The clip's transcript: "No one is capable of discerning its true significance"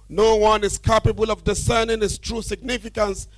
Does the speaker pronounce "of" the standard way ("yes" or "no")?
yes